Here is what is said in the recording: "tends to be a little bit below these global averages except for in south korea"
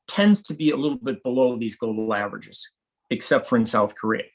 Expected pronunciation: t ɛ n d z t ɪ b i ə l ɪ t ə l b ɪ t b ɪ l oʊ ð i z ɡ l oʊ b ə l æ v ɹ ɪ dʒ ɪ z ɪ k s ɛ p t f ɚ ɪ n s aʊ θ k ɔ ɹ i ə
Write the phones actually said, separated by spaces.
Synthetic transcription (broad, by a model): t ɛ n d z t ɪ b i ə l ɪ t l b ɪ t b ɪ l oʊ ð i z ɡ oʊ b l æ v ɹ ɪ dʒ ɪ z ɪ k s ɛ p t f ɚ ɪ n s aʊ θ k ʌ ɹ i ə